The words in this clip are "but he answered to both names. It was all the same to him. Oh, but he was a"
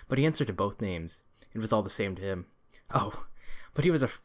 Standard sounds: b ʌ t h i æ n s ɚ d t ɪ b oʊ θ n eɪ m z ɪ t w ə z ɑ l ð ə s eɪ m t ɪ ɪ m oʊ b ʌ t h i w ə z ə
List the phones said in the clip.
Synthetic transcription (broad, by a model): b ʌ t h i æ n s ɚ d t ɪ b oʊ θ n eɪ m z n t w ə z ɑ l ð ə s eɪ m t ɪ ɪ m oʊ b ʌ t h i w ə z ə